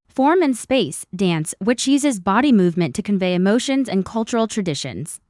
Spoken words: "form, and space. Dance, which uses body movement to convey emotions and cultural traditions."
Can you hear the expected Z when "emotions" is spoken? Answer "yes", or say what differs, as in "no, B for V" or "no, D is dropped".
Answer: yes